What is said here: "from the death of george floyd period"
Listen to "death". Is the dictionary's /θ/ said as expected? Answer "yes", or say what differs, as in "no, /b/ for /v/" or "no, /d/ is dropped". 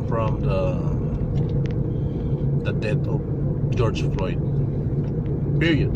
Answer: no, /t/ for /θ/